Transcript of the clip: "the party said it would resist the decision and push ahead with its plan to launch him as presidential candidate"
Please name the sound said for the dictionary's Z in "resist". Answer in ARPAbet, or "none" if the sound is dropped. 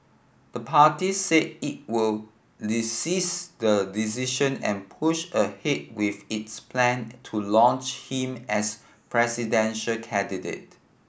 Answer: S